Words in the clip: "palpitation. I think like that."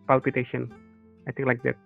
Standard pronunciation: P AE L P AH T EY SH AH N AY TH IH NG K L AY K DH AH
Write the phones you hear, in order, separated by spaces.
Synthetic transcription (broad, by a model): P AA L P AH T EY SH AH N AY T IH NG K L AY K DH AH